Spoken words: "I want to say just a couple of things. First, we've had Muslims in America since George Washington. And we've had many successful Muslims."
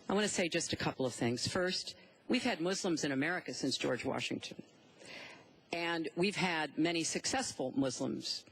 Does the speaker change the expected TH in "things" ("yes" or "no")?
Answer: no